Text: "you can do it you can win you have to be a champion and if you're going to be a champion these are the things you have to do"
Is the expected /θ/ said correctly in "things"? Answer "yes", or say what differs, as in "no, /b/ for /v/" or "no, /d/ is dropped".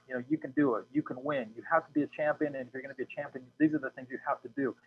yes